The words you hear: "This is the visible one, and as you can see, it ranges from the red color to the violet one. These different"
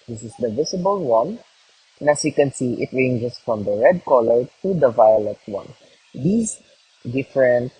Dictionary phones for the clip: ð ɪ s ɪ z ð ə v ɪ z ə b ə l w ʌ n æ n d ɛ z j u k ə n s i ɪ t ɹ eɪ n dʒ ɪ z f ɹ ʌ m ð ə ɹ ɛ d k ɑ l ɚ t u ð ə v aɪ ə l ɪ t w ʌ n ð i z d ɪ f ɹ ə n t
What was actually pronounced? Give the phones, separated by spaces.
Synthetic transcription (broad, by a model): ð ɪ s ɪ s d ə v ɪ s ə b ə l w ʌ n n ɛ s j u k ə n s i ɪ t ɹ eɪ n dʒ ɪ s f ɹ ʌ m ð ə ɹ ɛ d k ɑ l ɚ t u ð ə v aɪ ə l ɪ t w ʌ n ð i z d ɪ f ɹ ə n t